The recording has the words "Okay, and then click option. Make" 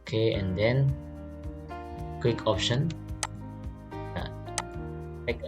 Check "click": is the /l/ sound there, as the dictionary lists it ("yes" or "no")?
no